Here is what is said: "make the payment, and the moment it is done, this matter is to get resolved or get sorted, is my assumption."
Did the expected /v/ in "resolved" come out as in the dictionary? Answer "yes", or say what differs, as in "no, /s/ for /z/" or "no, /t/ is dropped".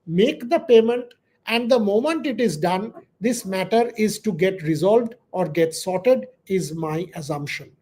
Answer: yes